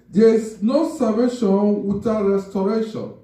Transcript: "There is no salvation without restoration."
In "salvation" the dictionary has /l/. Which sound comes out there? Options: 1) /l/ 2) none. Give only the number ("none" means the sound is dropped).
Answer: 2